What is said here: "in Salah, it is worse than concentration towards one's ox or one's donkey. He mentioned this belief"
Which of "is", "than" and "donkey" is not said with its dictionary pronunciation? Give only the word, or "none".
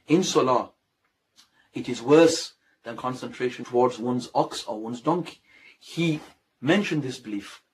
none